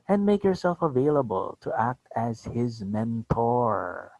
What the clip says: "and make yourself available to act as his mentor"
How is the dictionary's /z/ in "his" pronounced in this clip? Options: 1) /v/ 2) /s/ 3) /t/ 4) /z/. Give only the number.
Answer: 4